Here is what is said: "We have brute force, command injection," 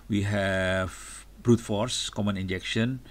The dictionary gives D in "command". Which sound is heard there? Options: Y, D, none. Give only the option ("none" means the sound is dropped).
none